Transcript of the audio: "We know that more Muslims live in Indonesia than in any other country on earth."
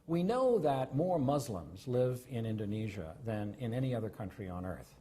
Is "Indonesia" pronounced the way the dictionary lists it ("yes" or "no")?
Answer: yes